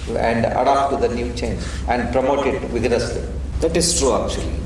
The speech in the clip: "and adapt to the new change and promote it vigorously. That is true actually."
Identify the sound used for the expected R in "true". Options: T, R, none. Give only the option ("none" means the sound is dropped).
R